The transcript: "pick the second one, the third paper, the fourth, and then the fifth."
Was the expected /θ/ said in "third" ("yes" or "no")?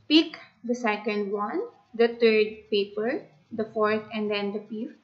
no